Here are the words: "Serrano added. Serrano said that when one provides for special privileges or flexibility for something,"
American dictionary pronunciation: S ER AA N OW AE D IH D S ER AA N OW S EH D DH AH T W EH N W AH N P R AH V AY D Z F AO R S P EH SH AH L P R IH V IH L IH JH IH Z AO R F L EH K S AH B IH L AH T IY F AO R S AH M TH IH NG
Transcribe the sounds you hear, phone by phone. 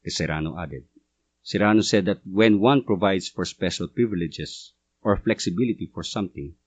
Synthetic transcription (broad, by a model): S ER AA N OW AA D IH D S ER AA N OW S EH D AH T W EH N W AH N P R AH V AY D S F AO R S P EH SH AH L P R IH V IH L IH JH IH S AO R F L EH K S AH B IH L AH T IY F AO R S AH M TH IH NG